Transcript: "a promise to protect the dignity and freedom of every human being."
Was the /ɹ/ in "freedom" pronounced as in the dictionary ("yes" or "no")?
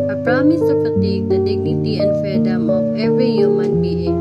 no